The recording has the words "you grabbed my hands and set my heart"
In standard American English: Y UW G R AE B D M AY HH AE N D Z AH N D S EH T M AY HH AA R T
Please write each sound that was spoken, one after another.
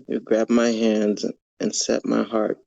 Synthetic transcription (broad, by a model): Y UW G R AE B M AY HH AE N D Z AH N S EH T M AY HH AA R T